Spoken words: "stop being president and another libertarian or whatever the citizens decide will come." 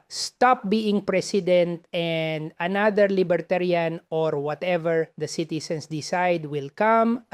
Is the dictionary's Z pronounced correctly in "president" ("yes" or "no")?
no